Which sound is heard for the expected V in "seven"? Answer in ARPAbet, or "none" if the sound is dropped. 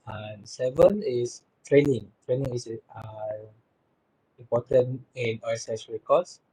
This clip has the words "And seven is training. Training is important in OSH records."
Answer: V